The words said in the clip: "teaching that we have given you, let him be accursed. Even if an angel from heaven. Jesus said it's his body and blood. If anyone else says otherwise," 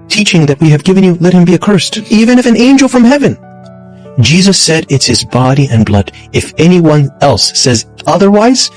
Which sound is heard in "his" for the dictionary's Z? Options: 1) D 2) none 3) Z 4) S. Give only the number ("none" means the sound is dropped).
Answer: 3